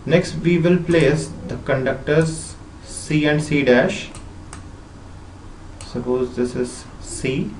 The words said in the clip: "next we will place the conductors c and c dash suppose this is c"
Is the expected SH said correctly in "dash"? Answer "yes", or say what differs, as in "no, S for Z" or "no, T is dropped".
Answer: yes